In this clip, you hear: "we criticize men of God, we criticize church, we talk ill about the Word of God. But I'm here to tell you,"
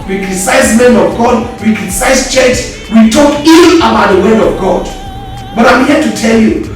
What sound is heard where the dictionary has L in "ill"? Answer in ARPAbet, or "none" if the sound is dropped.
N